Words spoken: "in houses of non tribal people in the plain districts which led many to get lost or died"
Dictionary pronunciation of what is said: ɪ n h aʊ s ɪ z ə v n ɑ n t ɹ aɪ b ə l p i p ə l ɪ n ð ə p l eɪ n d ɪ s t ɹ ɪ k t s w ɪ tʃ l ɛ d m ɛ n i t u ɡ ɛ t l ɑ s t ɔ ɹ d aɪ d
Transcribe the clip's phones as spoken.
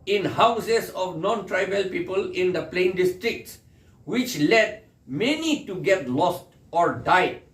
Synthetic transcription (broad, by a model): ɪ n h aʊ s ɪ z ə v n ɑ n t ɹ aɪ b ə l p i p ə l ɪ n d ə p l eɪ n d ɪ s t ɹ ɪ k t s w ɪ tʃ l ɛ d m ɛ n i t u ɡ ɛ t l ɑ s t ɔ ɹ d aɪ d